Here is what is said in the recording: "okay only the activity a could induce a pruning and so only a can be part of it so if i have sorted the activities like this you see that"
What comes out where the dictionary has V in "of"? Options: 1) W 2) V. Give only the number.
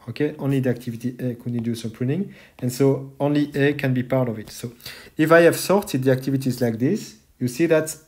2